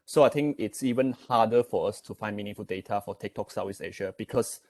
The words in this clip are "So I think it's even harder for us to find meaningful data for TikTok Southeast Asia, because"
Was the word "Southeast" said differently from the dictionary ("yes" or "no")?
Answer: yes